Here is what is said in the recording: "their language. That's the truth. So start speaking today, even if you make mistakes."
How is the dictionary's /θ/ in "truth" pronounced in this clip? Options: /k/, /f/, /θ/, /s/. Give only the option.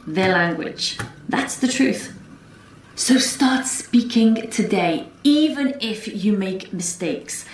/θ/